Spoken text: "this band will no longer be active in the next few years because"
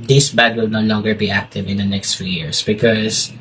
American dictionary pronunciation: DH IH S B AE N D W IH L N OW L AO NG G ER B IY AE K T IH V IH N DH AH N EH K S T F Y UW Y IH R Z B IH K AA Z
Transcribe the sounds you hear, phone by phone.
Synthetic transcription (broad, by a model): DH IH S B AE D W IH L N OW L AO NG G ER B IY AE K T IH V IH N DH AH N EH K S T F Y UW Y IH R S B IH K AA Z